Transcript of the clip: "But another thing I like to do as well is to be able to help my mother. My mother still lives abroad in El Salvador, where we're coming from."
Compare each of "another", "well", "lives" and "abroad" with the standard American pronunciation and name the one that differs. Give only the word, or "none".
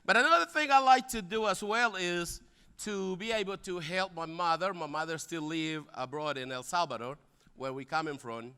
lives